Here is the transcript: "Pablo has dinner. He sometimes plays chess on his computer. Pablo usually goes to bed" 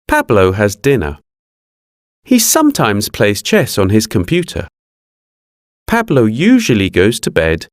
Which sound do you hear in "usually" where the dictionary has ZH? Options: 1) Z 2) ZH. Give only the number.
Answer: 2